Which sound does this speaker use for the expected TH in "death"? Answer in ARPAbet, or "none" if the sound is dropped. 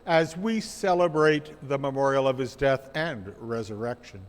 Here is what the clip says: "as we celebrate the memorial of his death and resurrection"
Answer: TH